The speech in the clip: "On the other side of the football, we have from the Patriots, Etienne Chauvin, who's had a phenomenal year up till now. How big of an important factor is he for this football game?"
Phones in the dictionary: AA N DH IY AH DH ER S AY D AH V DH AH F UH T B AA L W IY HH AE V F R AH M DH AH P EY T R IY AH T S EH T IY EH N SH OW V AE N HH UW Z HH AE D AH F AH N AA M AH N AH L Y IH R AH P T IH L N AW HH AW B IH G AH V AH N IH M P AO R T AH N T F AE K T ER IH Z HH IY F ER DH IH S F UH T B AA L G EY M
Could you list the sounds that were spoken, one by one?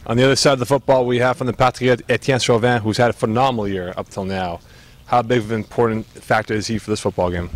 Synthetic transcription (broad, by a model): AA N DH IY AH DH ER S AY D AH V DH AH F UH T B AA L W IY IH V F R AH M DH AH P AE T IY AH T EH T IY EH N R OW V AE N HH UW Z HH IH D AH F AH N AA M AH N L Y IH R AH P T IH L N AW HH AW B IH G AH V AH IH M P AO R T N T F AE K T ER IH Z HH IY F ER DH IH S F UH T B AA L G EY M